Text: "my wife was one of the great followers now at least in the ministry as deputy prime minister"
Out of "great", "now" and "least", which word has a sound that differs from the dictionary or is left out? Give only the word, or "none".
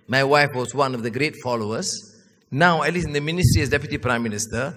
least